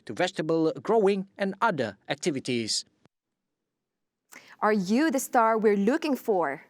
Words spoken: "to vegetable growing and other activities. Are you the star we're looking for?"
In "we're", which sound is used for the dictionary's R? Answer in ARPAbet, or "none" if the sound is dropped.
R